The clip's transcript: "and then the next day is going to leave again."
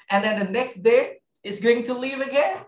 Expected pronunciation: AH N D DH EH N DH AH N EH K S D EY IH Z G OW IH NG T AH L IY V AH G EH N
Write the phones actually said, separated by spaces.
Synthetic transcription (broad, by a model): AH N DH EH N DH AH N EH K S D EY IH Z G OW IH NG T AH L IY V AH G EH